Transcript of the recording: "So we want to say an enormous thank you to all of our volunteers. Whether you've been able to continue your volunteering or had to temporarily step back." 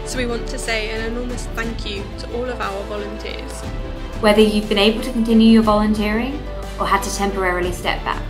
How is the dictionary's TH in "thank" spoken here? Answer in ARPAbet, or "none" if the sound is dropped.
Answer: TH